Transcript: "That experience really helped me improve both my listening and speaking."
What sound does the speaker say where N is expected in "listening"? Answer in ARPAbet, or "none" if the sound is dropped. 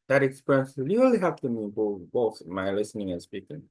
N